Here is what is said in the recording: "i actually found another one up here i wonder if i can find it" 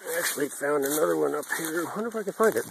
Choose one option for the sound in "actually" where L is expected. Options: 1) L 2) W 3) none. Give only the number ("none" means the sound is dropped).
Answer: 1